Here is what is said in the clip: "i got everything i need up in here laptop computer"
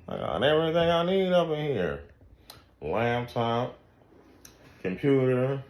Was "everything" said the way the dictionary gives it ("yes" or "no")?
yes